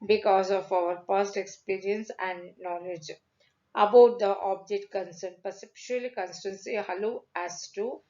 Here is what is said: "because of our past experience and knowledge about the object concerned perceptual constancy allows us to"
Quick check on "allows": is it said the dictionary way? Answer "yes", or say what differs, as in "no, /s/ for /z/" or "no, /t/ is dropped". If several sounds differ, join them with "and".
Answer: no, /z/ is dropped